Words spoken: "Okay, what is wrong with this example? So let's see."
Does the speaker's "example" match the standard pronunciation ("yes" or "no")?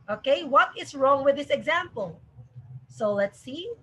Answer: yes